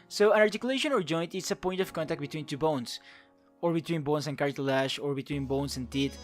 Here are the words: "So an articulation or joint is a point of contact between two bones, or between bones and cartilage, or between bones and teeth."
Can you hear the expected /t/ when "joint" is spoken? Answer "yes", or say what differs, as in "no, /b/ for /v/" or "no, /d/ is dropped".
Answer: yes